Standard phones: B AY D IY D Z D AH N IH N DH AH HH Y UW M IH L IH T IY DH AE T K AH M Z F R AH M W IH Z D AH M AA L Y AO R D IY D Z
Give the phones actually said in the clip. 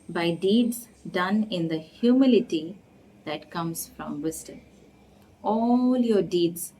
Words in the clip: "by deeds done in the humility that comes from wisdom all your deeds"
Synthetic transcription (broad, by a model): B AY D IY D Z D AH N IH N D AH HH Y UW M IH L IH T IY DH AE T K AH M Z F R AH M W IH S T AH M AA L Y AO R D IY D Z